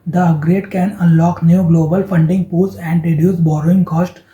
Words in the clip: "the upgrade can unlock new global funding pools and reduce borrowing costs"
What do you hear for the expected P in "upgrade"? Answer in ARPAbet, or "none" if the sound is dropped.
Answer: none